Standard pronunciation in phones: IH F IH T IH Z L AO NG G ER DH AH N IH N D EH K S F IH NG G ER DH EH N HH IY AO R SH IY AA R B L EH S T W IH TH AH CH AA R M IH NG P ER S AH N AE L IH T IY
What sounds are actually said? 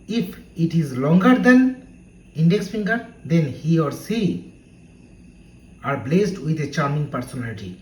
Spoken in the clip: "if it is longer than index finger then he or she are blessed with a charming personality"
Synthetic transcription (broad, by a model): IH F IH T IH Z L AO NG G ER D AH N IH N D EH K S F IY NG G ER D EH N HH IY AO R S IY AA R B L EH S T W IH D AH CH AA R M IH NG P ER S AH N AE L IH T IY